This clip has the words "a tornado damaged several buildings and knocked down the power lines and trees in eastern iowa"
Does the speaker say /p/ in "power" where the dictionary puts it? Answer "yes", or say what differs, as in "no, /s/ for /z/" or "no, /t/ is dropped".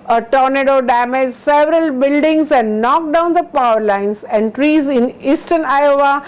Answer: yes